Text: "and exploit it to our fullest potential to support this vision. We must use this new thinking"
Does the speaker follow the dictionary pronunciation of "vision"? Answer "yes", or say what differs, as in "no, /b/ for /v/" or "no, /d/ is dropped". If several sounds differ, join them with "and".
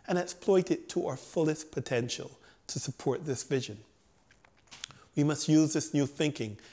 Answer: yes